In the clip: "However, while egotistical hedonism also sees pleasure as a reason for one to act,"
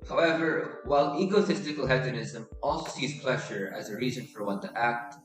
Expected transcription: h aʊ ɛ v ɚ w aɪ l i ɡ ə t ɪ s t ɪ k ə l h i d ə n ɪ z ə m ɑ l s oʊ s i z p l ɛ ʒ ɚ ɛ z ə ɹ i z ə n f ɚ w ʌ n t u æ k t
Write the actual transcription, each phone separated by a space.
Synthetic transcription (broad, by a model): h aʊ ɛ v ɚ w aɪ l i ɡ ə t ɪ s t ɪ k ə l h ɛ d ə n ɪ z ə m ɑ l s oʊ s i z p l ɛ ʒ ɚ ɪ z ə ɹ i z ə n f ɚ w ʌ n t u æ k t